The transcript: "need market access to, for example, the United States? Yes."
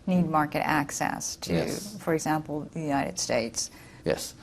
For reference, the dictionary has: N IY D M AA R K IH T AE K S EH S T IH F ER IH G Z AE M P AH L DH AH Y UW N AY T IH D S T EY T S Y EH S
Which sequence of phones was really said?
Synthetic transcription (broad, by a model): N IY D M AA R K IH T AE K S EH S T IH F ER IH G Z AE M P L DH AH Y UW N AY T IH D S T EY T S Y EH S